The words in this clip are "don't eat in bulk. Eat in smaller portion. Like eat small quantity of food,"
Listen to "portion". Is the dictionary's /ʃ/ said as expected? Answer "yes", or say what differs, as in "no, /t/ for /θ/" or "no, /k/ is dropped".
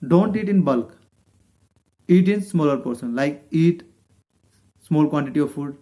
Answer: no, /s/ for /ʃ/